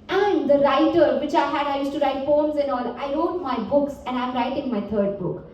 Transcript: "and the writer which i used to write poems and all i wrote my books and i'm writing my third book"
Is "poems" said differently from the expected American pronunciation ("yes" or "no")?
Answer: yes